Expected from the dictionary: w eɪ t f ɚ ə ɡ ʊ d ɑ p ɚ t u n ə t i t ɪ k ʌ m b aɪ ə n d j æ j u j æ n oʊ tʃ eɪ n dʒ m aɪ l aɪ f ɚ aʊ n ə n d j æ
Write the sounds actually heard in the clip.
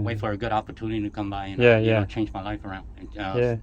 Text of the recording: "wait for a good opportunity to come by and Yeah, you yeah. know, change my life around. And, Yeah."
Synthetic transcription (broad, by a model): w eɪ t f ɚ ə ɡ ʊ d ɑ p ɚ t u n ə t i t ɪ k ʌ m b aɪ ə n j æ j j æ tʃ eɪ n dʒ m aɪ l aɪ f ɚ aʊ n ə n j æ